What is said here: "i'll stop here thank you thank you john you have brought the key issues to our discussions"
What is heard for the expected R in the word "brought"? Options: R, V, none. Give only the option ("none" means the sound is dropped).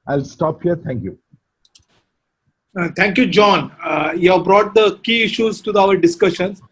R